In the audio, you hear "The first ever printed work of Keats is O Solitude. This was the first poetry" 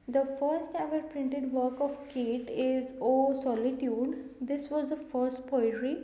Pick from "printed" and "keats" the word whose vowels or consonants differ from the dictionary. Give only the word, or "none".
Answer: keats